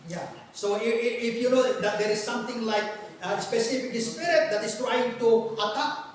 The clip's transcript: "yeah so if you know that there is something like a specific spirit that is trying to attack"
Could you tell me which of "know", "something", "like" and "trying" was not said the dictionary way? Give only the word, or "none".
something